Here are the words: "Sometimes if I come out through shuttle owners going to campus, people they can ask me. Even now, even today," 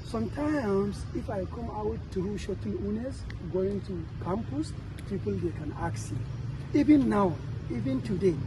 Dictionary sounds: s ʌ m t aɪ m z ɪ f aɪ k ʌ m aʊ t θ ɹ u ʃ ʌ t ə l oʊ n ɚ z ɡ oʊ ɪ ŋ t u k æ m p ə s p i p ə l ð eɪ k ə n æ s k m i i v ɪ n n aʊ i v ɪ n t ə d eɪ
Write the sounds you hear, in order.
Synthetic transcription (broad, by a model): s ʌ m t aɪ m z ɪ f aɪ k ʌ m aʊ t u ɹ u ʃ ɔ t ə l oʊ n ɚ s ɡ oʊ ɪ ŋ t u k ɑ m p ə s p i p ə l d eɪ k ə n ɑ k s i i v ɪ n n aʊ i v ɪ n t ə d eɪ